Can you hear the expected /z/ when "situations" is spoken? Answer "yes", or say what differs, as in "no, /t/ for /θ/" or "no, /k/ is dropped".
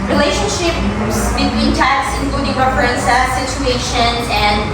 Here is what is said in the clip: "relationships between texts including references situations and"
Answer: no, /z/ is dropped